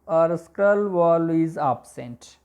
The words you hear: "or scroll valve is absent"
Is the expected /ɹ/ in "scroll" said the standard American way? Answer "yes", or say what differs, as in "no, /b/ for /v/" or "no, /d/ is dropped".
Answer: no, /ɹ/ is dropped